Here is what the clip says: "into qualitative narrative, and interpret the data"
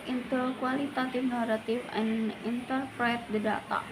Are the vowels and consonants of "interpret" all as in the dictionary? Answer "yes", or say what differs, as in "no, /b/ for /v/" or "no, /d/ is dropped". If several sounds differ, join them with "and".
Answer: yes